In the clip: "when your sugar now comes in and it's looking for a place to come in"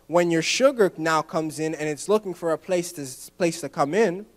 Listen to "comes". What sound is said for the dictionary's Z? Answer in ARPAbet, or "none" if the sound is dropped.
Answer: Z